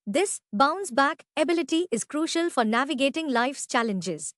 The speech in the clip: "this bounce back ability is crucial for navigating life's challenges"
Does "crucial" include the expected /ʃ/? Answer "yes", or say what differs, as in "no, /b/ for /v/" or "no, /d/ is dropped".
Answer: yes